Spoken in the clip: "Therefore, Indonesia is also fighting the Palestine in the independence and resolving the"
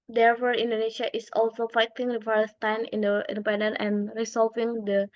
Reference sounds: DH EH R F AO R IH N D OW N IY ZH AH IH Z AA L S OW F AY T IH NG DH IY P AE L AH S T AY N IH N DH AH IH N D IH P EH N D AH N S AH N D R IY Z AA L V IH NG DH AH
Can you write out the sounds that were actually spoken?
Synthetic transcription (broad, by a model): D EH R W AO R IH N D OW N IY SH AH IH S AA L S OW F AY T IH NG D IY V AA AH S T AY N IH N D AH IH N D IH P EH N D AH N AH N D R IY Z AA L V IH NG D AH